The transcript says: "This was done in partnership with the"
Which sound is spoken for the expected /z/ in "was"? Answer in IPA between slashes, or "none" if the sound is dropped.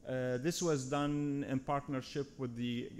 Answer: /z/